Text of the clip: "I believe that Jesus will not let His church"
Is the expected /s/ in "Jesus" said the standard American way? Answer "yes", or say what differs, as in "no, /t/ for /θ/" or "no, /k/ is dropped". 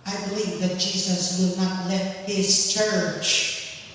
yes